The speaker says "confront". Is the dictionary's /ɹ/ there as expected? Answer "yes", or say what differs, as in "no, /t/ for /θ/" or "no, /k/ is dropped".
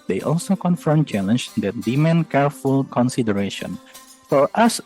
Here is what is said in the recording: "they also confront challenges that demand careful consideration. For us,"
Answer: no, /ɹ/ is dropped